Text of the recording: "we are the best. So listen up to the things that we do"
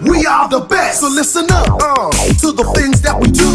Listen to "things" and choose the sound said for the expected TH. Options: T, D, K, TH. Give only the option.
TH